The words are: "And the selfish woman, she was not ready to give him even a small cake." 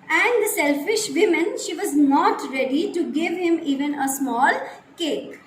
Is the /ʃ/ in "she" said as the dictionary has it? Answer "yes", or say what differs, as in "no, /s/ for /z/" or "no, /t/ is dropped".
yes